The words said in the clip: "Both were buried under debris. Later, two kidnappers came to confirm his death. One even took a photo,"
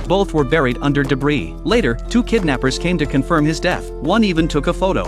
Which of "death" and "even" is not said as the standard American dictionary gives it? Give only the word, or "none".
none